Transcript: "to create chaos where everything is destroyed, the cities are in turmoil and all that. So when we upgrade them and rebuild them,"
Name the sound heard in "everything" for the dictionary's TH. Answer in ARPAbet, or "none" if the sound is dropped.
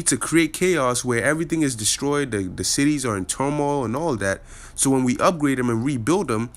TH